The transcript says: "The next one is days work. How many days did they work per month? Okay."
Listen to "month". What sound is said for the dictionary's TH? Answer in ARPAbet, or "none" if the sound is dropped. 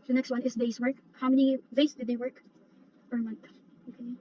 TH